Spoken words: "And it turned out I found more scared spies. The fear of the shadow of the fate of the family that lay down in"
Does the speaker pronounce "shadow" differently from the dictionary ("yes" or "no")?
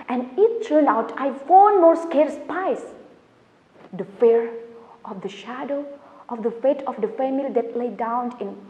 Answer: no